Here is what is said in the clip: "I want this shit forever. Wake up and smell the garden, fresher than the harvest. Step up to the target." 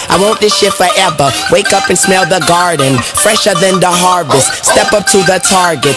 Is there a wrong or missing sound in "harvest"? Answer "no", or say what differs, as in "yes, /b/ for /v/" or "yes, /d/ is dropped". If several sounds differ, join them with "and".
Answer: no